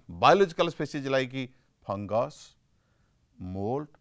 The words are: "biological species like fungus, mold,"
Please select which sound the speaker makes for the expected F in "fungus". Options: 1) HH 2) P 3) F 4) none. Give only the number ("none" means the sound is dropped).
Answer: 2